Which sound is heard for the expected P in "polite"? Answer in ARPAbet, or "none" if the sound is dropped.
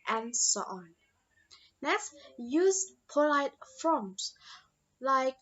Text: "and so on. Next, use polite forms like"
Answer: P